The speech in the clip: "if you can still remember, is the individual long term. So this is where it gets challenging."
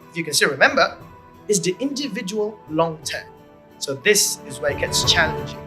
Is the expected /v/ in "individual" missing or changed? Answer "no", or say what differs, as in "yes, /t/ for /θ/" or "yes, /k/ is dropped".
no